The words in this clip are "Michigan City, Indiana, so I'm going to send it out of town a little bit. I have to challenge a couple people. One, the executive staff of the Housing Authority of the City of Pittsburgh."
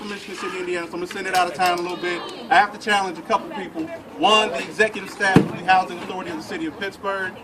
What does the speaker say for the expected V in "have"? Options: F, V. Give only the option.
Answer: F